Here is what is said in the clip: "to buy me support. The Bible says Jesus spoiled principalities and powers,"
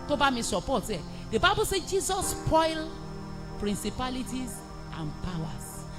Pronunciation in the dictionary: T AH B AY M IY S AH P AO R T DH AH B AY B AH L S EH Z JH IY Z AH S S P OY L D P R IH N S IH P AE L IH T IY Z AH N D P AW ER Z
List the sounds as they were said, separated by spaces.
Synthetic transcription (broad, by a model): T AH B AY M IY S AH P AO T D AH B AY B AH L S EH JH IY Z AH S S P OY L P R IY N S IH P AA L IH T IY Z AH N P AW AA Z